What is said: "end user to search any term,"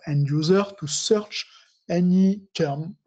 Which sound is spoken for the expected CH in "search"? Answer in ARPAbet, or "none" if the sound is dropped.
CH